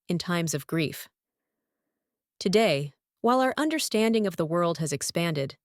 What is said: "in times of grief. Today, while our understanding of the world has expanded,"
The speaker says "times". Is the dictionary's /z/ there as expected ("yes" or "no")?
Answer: yes